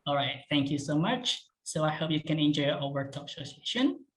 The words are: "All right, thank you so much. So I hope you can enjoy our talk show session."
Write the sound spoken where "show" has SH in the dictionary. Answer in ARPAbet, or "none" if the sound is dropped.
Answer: S